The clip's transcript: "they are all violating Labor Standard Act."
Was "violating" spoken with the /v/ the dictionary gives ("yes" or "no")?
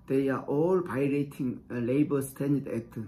no